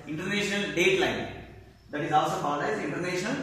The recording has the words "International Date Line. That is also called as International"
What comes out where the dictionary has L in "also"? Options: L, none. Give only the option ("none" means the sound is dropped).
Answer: L